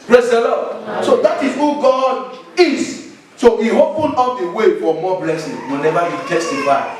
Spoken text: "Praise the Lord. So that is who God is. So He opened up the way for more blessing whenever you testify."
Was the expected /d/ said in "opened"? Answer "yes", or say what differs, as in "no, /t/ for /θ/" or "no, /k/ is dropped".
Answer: no, /d/ is dropped